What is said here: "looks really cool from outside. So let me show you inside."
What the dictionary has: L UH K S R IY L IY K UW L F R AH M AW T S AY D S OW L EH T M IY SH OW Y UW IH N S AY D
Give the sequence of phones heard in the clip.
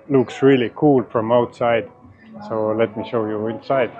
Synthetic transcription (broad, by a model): L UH K S R IY L IY K UW L F R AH M AW T S AY D S OW L EH T M IY SH OW Y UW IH N S AY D